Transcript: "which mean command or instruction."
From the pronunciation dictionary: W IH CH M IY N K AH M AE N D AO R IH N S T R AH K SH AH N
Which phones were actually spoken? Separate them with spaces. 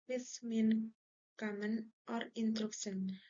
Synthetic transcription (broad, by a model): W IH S M IY N K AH M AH N AO R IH N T R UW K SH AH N